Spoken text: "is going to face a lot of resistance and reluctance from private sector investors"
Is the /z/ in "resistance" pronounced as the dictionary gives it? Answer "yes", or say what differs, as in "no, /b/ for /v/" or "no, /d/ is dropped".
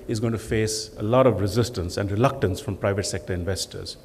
yes